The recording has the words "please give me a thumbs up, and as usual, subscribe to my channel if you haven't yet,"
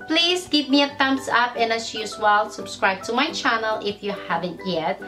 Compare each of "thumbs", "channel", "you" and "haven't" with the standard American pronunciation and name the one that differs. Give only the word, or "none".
thumbs